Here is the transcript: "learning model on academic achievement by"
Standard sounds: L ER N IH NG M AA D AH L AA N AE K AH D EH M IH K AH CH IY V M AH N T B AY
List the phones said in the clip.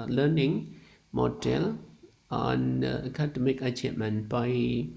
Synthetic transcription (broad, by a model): L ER N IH NG M AA D AH L AA N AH K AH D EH M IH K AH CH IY M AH N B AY